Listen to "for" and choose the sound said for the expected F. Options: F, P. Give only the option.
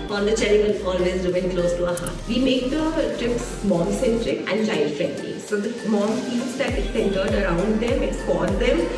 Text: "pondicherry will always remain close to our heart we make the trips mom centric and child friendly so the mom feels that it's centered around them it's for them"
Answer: P